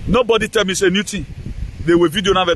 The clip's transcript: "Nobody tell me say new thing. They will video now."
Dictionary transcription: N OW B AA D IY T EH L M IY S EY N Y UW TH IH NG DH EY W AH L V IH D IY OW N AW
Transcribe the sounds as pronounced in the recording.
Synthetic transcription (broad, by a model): N OW B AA D IY T EH L M IY S EY N Y UW T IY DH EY W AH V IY D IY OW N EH